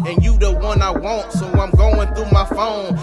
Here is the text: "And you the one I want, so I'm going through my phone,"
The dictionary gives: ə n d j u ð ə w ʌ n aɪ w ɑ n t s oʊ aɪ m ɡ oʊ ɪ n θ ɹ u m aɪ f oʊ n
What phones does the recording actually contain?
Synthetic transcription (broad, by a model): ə n j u ð ə w ʌ n aɪ w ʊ n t s oʊ aɪ m ɡ oʊ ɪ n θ u m aɪ f oʊ n